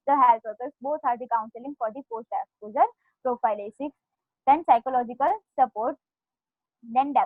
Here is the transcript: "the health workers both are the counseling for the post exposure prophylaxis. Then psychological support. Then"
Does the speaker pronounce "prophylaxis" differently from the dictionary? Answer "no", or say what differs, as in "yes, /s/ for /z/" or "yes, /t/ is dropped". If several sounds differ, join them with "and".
yes, /k/ is dropped